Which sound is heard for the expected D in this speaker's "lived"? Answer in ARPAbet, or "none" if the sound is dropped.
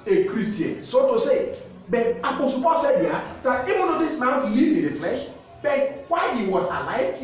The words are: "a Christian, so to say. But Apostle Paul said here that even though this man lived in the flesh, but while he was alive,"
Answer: none